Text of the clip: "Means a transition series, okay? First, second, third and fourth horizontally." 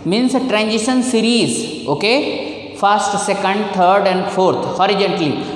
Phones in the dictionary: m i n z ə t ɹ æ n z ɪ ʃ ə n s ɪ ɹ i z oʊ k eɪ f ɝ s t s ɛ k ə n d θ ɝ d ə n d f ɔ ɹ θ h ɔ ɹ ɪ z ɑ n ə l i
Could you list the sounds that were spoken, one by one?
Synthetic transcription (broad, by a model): m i n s t ɹ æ n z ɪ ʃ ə n s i ɹ i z oʊ k eɪ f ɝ s t s ɛ k ə n d t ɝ d ə n d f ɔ ɹ t h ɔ ɹ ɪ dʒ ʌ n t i